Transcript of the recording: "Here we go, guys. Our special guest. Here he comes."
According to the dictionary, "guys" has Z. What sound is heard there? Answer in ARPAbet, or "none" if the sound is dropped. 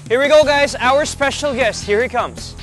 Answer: Z